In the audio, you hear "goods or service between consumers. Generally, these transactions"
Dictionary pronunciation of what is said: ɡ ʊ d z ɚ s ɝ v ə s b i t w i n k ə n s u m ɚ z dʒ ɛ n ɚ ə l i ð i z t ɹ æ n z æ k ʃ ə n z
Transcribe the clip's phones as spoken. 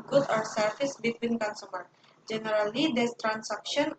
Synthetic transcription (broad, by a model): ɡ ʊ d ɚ s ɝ f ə s b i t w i n k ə n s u m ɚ dʒ ɛ n ɚ ə l i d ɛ s t ɹ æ n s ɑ k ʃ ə n